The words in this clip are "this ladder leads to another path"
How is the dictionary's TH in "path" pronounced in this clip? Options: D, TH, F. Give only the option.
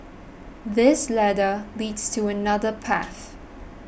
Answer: TH